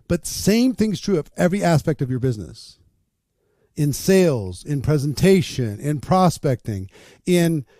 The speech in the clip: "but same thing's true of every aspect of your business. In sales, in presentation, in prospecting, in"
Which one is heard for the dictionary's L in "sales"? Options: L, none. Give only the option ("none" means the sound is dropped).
L